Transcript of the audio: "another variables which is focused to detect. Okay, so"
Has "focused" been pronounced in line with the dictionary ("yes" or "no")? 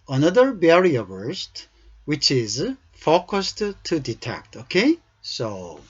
yes